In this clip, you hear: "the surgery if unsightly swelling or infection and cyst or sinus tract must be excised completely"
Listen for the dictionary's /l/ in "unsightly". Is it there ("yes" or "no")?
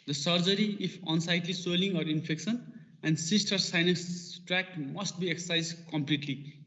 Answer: yes